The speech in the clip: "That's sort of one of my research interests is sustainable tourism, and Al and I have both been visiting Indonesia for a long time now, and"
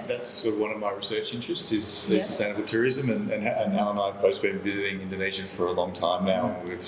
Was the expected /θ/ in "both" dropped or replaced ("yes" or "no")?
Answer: yes